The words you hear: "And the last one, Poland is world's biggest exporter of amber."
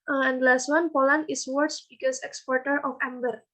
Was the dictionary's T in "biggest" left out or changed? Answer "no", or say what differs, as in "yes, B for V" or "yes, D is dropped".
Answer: yes, T is dropped